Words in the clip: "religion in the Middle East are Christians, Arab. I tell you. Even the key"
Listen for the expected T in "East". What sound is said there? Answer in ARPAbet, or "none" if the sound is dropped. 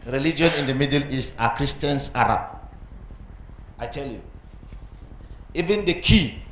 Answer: none